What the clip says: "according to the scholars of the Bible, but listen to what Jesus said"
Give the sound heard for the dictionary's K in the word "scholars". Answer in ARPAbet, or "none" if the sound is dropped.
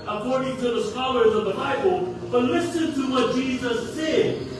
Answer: K